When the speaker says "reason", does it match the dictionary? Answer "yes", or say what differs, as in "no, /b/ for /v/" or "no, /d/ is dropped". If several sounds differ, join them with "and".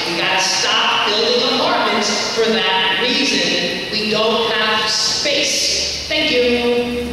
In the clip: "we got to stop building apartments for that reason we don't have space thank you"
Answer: yes